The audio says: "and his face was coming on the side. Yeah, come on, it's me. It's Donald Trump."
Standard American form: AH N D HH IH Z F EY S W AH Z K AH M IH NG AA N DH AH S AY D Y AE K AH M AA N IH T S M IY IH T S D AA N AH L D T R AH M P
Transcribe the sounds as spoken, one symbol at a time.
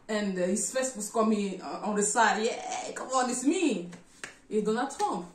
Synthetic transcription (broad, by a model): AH N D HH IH S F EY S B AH S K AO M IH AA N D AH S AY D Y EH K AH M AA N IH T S M IY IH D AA N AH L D T R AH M P